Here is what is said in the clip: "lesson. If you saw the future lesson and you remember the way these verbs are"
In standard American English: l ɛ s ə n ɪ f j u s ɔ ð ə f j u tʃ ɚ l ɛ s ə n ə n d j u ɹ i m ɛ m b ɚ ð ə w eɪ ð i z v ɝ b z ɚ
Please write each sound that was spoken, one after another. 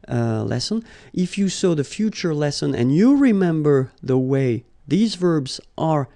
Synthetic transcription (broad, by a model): l ɛ s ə n ɪ f j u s ɔ ð ə f j u tʃ ɚ l ɛ s ə n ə n j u ɹ i m ɛ m b ɚ ð ə w eɪ ð i z v ɝ b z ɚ